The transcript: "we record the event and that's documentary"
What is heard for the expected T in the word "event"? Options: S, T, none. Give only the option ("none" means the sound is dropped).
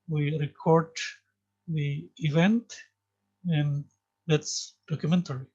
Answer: T